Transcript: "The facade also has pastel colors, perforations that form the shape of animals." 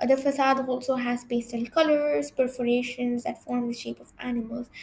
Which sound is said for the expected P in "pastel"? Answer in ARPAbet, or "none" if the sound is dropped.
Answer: B